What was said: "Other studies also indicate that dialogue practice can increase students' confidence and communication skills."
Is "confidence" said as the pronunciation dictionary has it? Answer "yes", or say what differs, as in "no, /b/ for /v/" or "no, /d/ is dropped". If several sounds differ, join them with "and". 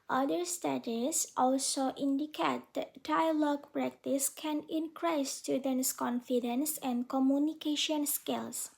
yes